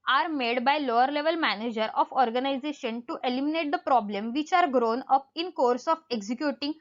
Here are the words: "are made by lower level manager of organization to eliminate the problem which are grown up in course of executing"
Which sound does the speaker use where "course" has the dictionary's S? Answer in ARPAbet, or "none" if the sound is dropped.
S